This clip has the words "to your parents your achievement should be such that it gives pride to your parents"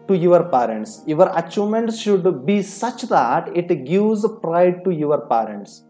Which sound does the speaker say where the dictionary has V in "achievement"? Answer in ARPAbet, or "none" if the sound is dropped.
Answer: none